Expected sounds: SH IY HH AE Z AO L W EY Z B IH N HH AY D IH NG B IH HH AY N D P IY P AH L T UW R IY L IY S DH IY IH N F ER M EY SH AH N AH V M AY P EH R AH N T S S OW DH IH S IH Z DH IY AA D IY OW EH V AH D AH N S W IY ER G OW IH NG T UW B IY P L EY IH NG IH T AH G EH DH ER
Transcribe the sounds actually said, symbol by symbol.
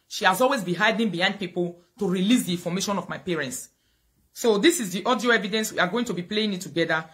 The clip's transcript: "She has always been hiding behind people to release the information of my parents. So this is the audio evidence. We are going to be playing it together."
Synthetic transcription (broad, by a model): SH IY HH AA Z AO L W EY Z B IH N HH AY D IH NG B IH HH AY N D P IY P AH L T UW R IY L IY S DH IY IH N F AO M EY SH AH N AH V M AY P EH R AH N T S S OW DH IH S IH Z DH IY AA D IY OW EH V AH D AH N S W IY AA G OW IH NG T UW B IY P L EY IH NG IH T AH G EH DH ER